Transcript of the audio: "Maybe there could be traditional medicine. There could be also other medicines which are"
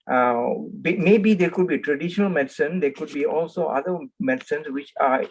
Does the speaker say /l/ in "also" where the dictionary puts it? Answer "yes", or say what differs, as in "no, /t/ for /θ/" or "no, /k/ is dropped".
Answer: yes